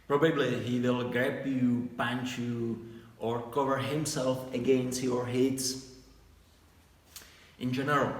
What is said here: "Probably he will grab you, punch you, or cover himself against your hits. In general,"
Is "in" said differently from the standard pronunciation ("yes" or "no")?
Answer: no